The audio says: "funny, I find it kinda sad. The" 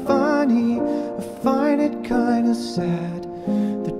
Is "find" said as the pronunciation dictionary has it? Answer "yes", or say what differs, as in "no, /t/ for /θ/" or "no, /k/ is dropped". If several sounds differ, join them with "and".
no, /d/ is dropped